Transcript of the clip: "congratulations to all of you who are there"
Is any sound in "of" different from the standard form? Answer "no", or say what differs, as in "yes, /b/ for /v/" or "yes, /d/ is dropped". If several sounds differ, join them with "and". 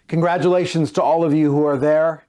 no